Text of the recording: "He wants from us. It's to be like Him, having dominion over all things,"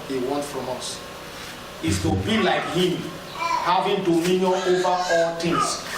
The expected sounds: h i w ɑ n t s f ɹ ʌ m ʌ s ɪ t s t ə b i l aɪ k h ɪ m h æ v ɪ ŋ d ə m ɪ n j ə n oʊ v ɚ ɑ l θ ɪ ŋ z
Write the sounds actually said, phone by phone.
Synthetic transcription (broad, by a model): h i w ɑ n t f ɹ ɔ m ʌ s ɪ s t ə b i l aɪ k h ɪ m h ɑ v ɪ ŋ d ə m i n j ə n oʊ v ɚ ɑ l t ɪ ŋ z